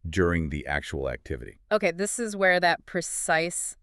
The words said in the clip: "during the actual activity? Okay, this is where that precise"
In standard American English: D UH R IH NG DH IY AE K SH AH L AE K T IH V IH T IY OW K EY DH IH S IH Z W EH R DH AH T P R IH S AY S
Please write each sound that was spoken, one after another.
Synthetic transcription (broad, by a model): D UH R IH NG DH IY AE K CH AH L AE K T IH V IH T IY OW K EY DH IH S IH Z W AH R DH AH T P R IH S AY S